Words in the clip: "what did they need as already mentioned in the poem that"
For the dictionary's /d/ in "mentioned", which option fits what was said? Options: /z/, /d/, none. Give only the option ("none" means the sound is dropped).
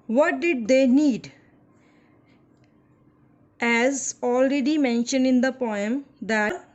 /d/